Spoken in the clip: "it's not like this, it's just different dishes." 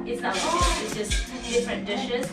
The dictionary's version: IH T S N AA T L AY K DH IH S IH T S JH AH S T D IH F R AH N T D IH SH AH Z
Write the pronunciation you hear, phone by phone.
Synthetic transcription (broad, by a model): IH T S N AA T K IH IH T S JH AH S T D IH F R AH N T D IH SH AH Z